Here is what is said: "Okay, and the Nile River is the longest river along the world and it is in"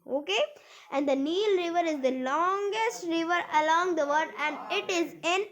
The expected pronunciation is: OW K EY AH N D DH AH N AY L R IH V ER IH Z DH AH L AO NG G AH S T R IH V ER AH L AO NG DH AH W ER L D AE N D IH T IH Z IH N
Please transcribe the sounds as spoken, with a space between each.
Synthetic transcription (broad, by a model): OW K EY AH N D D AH N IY L R IH V ER IH Z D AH L AO NG G AH S T R IH V ER AH L AO NG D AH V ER D AE N D IH T IH Z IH N